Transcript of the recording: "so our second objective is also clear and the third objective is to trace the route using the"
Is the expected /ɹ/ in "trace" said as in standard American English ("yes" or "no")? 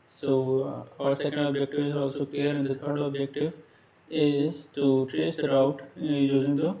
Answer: no